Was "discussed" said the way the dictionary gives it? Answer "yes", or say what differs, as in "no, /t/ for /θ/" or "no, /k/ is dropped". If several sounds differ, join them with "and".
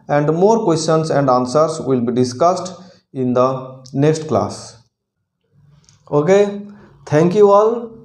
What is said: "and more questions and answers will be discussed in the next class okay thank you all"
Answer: yes